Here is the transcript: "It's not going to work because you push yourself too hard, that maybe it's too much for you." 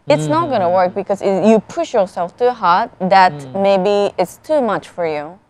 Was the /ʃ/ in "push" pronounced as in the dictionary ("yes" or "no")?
yes